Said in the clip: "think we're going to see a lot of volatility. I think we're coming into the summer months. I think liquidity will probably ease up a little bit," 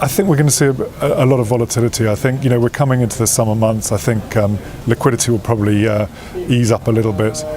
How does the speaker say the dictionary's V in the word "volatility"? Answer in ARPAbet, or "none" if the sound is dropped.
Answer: V